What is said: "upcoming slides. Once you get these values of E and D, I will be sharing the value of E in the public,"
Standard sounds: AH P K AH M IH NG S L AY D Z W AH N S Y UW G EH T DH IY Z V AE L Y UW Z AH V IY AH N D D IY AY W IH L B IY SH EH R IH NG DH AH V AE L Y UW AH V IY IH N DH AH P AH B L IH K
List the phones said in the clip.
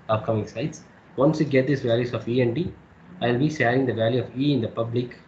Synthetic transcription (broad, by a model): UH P K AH M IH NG S AY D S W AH N S Y UW G EH T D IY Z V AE L Y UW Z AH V IY AH N D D IY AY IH L B IY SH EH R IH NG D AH V AE L Y UW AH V IY IH N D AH P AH B L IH K